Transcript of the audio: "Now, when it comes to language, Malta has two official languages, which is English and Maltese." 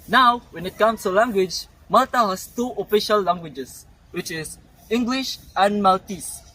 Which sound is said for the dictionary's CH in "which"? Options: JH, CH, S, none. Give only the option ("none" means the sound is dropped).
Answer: CH